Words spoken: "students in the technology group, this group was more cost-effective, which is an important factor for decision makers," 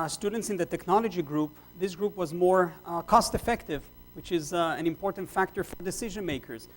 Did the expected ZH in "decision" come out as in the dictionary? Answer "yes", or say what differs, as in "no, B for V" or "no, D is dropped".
yes